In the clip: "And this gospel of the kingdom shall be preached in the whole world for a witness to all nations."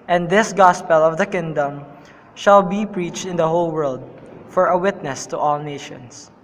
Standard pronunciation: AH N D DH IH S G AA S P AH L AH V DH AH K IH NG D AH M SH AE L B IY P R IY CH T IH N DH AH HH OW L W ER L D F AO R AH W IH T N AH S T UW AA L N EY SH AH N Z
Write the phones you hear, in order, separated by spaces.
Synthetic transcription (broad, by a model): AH N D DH IH S G AA S P AH L AH V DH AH K IH NG D AH M SH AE L B IY P R IY CH T IH N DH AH HH OW L W ER L D F AO R AH W IH T N AH S T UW AA L N EY SH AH N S